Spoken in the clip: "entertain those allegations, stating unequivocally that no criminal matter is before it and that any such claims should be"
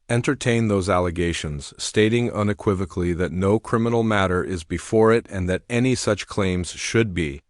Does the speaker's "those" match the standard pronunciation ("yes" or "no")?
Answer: yes